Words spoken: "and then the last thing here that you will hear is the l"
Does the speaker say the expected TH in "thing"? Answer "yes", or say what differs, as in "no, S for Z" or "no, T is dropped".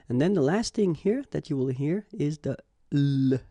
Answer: yes